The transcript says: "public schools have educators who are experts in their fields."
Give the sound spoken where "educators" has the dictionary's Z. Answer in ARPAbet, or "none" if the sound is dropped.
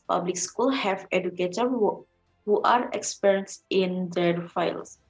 none